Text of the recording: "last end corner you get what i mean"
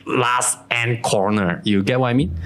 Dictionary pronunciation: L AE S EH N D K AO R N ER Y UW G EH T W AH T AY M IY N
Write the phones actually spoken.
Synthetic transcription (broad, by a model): L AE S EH N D K AO R N ER Y UW G EH T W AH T AY M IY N